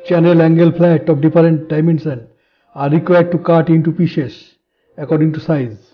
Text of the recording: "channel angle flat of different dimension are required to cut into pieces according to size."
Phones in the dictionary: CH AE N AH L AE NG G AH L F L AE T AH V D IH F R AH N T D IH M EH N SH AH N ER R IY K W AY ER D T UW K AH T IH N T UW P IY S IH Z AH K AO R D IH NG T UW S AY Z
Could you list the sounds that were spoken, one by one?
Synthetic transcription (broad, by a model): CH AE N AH L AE NG G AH L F L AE T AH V D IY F R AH N T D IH M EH N S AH N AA R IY K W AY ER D T UW K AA T IH N T UW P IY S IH S AH K AO R D IH NG T UW S AY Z